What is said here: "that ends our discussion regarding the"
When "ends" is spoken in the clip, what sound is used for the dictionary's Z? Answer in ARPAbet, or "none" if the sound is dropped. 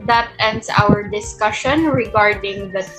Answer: S